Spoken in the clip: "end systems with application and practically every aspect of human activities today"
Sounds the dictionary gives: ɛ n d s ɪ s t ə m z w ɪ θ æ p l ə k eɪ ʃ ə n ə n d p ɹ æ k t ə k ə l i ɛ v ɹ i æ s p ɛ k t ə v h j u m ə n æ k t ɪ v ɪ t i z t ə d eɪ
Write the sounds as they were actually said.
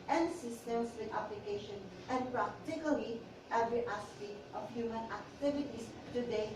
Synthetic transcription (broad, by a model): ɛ n s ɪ s t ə m s w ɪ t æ p l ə k eɪ ʃ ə n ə n p ɹ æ k t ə k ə l i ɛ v ɹ i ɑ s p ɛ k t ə f h j u m ə n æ k t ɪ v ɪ t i s t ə d eɪ